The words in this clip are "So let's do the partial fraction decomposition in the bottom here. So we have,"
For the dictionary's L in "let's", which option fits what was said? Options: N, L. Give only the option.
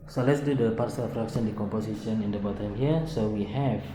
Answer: L